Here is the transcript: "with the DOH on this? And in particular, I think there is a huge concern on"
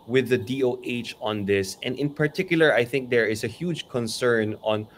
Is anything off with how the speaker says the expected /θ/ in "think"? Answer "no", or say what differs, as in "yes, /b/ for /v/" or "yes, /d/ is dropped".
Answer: no